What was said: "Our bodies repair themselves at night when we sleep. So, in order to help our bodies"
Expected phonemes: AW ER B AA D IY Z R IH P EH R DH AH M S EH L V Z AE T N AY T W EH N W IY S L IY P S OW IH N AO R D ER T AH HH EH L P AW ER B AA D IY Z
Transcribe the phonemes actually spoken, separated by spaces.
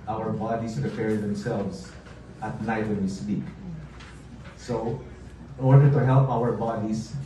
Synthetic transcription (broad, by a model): AW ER B AA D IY S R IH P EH R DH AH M S EH L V S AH T N AY T W EH N W IY S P IY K S OW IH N AO R D ER T AH HH EH L P AW ER B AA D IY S